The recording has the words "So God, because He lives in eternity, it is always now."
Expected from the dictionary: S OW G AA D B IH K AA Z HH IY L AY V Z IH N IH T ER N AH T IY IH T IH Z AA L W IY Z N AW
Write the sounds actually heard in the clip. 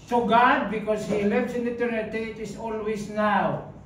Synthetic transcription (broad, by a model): S OW G AA D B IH K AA S HH IY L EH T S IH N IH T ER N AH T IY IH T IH S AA L W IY S N AW